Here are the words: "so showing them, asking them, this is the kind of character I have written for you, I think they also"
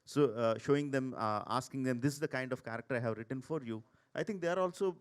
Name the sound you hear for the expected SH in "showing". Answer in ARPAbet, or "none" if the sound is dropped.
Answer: SH